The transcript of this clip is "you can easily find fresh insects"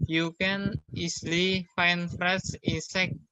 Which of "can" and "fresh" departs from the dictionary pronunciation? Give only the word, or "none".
fresh